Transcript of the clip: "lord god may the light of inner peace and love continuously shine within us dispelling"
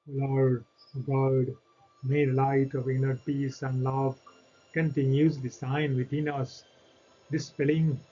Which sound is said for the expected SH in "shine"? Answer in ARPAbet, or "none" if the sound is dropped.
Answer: S